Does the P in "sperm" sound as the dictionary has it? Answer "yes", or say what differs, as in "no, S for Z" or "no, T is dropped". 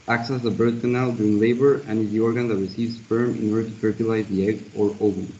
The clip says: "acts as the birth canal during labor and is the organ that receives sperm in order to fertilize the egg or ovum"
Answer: no, F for P